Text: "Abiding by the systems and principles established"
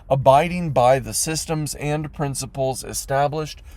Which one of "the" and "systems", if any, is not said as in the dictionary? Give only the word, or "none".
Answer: none